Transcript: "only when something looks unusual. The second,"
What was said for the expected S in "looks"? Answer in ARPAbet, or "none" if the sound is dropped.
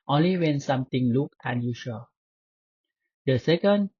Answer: none